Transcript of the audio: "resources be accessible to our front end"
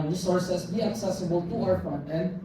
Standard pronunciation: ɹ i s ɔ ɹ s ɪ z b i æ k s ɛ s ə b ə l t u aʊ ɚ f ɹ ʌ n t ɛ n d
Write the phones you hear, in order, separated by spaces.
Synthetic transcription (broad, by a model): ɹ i s ɔ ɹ s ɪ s b i æ k s ɛ s ə b ə l t u aʊ ɚ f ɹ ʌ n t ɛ n